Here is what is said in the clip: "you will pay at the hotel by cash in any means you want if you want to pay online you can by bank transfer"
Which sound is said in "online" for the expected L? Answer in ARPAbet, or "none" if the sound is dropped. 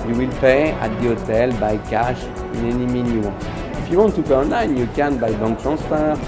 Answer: none